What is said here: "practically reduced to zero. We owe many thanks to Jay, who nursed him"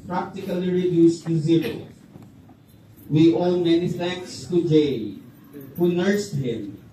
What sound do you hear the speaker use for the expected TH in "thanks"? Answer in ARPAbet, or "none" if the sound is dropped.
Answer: F